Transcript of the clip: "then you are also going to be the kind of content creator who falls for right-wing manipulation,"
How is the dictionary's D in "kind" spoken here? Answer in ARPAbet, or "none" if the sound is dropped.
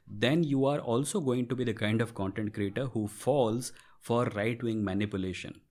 D